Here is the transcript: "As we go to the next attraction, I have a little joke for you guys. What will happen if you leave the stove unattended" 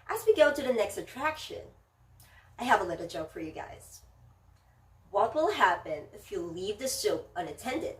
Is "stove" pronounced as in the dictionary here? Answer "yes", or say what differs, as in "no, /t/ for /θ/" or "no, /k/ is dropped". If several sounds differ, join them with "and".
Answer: no, /p/ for /v/